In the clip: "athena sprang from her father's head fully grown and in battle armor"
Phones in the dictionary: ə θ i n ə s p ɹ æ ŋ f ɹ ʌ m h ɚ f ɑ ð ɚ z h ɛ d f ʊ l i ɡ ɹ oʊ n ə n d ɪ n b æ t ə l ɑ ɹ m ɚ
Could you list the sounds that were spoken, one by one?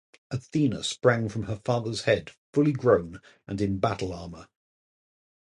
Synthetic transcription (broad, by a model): ə θ i n ə s p ɹ æ ŋ f ɹ ʌ m ɚ f ɑ ð ɚ z h ɛ d f ʊ l i ɡ ɹ oʊ n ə n ɪ n b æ t l ɑ ɹ m ɚ